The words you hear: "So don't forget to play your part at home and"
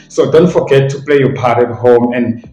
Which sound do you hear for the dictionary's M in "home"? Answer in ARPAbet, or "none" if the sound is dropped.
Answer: M